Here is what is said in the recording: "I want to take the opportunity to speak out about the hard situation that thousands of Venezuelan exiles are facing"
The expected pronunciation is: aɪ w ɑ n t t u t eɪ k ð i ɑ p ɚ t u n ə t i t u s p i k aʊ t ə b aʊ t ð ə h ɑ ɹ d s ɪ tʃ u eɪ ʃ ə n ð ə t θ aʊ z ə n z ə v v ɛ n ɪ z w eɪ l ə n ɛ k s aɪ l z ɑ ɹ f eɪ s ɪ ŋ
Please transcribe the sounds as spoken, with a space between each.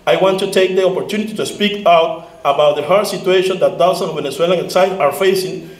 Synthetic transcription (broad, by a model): aɪ w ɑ n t t u t eɪ k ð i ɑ p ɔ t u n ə t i t u s p i k aʊ t ə b aʊ t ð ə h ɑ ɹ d s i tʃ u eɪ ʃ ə n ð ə t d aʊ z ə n ə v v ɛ n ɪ s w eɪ l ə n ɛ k s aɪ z ɑ ɹ f eɪ s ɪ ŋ